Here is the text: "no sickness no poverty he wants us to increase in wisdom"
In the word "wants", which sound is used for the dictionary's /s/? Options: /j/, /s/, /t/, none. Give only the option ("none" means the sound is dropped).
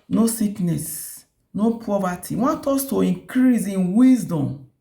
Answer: none